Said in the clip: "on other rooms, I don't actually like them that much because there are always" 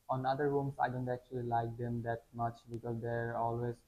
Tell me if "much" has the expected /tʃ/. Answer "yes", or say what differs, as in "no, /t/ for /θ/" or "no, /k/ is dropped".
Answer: yes